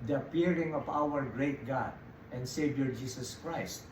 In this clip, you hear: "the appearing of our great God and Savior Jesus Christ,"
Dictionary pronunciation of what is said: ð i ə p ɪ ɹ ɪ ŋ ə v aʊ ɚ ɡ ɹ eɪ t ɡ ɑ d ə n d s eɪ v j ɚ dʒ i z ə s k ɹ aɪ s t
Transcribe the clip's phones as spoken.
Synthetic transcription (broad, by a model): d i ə p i ɹ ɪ ŋ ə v aʊ ɚ ɡ ɹ eɪ t ɡ ɑ d ə n d s eɪ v j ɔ dʒ i s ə s k ɹ aɪ s t